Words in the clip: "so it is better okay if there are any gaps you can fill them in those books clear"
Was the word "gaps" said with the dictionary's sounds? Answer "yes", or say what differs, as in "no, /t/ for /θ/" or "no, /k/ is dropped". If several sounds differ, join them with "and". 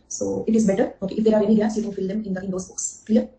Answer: no, /p/ is dropped